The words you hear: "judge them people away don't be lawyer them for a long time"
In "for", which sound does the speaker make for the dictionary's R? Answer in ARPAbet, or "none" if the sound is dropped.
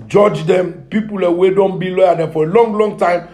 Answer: L